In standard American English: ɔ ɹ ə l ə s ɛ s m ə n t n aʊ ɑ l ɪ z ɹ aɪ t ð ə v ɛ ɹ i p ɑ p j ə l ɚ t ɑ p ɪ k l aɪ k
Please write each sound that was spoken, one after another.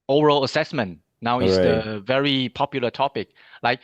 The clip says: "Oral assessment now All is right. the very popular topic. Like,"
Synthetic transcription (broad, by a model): ɔ ɹ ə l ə s ɛ s m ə n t n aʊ ɑ w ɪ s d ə v ɛ ɹ i p ɑ p j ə l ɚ t ɑ p ɪ k l aɪ k